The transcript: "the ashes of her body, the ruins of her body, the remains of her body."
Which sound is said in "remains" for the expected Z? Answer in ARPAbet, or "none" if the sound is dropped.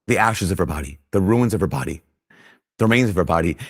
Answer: Z